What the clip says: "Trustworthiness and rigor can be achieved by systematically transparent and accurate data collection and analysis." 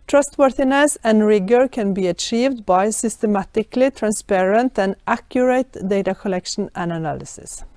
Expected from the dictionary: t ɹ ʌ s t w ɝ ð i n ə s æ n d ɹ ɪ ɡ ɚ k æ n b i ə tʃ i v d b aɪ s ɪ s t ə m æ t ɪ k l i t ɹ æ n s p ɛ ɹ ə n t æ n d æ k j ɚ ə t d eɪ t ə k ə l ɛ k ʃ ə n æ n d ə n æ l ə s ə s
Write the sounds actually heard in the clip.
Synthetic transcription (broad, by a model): t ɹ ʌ s t w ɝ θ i n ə s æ n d ɹ ɪ ɡ ɚ k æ n b i ə tʃ i v d b aɪ s ɪ s t ə m æ t ɪ k l i t ɹ æ n s p ɛ ɹ ə n t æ n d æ k j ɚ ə t d eɪ t ə k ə l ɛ k ʃ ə n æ n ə n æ l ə s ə s